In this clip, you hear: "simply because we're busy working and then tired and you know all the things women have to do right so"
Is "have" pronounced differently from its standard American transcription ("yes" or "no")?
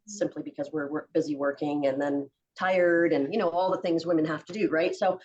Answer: yes